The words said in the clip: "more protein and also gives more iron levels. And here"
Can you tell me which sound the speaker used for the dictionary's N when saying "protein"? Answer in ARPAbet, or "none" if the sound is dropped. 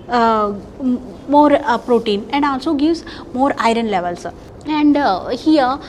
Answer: N